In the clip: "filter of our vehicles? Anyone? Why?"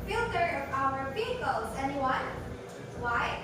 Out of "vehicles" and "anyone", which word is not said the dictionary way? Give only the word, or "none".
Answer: vehicles